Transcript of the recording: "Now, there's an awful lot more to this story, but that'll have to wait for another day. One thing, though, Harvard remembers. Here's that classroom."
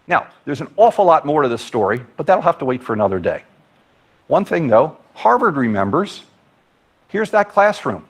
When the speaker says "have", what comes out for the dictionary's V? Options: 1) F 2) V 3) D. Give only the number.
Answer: 1